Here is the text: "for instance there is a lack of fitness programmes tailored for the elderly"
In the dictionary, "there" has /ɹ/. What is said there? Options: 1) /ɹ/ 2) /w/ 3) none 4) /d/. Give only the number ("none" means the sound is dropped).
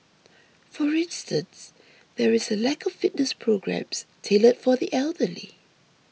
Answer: 1